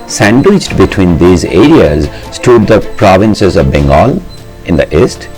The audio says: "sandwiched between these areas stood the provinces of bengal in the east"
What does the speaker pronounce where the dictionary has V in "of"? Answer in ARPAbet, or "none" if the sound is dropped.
V